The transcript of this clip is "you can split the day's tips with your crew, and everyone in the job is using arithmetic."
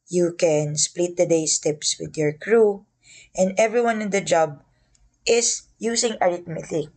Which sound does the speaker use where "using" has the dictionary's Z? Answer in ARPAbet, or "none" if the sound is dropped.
S